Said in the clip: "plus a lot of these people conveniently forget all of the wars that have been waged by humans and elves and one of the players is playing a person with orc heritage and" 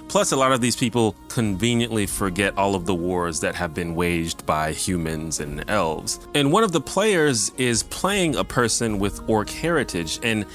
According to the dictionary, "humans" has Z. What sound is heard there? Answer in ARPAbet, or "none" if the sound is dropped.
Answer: Z